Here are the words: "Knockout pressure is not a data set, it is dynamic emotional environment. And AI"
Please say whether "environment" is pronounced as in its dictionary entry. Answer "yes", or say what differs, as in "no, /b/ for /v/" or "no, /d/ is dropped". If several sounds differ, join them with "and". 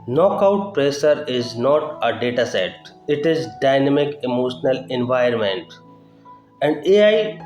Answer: no, /ɹ/ is dropped